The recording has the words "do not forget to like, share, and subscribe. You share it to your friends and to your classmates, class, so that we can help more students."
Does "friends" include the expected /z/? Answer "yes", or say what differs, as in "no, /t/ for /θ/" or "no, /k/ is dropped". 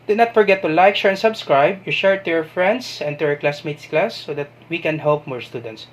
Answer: no, /s/ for /z/